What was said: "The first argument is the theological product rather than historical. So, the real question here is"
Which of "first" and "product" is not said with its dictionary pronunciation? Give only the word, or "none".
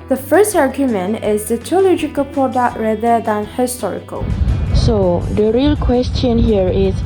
none